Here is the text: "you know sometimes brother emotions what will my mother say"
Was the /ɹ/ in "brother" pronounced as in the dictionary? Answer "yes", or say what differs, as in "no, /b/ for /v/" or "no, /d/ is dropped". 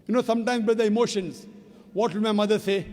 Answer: no, /ɹ/ is dropped